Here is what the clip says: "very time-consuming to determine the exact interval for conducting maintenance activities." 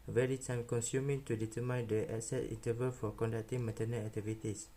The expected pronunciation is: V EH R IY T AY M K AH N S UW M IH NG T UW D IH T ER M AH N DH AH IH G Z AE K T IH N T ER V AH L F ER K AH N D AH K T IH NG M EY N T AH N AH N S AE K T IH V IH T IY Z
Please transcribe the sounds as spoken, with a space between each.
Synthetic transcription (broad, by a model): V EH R IY T AY M K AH N S UW M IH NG T UW D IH T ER M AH N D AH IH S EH T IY N T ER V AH L F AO K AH N D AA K T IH NG M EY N T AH N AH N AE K T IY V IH T IY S